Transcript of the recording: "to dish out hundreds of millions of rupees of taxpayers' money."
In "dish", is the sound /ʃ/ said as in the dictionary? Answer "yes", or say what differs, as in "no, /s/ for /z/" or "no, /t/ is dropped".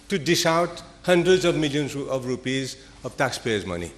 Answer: no, /s/ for /ʃ/